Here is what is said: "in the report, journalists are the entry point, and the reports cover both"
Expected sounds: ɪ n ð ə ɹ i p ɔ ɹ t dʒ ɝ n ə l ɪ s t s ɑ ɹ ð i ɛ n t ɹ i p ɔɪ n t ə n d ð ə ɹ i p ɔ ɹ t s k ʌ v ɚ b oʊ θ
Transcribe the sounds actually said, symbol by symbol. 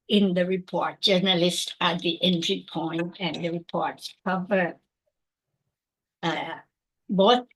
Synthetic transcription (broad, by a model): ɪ n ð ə ɹ i p ɔ ɹ t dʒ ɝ n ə l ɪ s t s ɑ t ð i ɛ n t ɹ i p ɔɪ n t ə n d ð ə ɹ i p ɔ ɹ t s k ʌ v ɚ b oʊ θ